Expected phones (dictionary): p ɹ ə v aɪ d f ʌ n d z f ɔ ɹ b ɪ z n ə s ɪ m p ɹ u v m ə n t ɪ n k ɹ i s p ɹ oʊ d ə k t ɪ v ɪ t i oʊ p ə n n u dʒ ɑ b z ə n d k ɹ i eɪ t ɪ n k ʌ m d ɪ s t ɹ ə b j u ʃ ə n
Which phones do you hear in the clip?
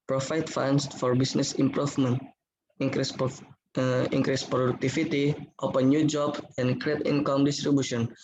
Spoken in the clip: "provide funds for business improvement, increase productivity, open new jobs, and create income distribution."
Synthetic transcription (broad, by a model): p ɹ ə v aɪ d f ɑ n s f ɔ ɹ b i s n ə s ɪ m p ɹ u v m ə n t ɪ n k ɹ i s p ɹ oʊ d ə k t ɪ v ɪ t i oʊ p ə n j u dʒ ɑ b ə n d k ɹ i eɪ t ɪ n k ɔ m d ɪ s t ɹ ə b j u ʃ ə n